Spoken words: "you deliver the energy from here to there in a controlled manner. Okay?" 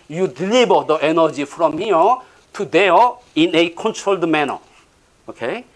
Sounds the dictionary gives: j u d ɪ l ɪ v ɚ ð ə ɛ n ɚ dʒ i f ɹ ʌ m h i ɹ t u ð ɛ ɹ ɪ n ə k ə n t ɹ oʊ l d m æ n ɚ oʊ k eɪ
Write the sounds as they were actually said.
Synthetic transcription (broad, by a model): j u d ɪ l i b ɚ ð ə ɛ n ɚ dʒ i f ɹ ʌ m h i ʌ t u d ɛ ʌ ɪ n ə k ə n t ɹ oʊ l d m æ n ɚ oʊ k eɪ